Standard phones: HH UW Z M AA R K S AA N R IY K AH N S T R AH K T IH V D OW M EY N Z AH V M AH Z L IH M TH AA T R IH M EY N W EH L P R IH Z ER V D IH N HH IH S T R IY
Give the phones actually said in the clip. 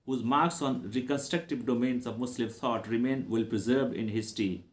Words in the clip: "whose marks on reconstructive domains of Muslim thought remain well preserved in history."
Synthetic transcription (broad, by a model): HH UW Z M AA R K S AA N R IY K AH N S T R AH K T IH V D OW M EY N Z AH V M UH S L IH M T AA T R IH M EY N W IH L P R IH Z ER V IH N HH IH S T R IY